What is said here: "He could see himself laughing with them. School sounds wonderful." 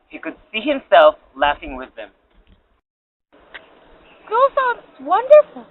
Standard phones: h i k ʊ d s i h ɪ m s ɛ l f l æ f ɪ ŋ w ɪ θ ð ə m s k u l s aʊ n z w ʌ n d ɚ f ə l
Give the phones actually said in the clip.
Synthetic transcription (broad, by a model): h i k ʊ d s i h ɪ m s ɛ l f l æ f ɪ ŋ w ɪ ð ə m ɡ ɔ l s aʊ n w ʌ n d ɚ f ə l